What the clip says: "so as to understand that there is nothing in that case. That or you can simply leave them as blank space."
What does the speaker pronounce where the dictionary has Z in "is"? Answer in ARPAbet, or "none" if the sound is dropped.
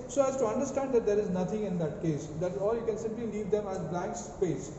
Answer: Z